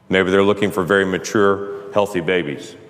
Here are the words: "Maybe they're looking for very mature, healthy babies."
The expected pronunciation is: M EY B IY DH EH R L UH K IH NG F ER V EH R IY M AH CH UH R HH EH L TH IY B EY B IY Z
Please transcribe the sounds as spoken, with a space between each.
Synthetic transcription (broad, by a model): M EY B IY DH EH R L UH K IH NG F ER V EH R IY M AH CH UH R HH EH L TH IY B EY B IY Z